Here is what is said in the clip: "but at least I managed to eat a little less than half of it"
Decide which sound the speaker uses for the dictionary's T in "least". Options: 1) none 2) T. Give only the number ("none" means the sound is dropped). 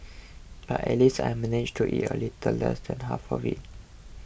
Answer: 1